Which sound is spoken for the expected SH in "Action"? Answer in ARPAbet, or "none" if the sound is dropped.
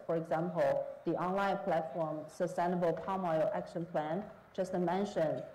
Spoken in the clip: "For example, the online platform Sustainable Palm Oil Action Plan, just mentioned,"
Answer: SH